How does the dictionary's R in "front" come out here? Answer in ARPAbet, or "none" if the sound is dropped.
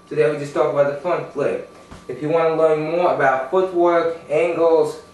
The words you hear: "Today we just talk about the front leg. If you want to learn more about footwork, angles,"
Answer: none